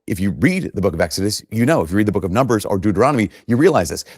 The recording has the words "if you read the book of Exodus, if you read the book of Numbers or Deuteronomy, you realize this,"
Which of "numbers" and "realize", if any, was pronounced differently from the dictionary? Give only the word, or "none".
none